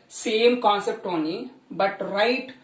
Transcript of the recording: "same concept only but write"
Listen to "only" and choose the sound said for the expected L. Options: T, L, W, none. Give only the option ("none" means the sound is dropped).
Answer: none